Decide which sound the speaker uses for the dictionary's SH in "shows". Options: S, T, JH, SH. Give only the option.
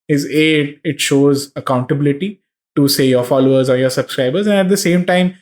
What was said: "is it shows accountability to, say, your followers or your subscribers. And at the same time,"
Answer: SH